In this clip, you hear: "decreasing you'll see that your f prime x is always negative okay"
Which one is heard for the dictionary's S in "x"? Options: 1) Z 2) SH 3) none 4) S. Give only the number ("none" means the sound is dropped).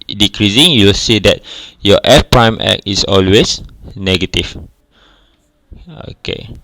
3